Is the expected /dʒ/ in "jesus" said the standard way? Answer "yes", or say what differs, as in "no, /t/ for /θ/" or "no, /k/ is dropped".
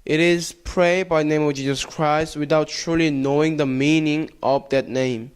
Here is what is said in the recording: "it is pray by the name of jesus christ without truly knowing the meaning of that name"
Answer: yes